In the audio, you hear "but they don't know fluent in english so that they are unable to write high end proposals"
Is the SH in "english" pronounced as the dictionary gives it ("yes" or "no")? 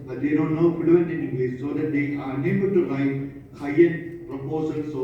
no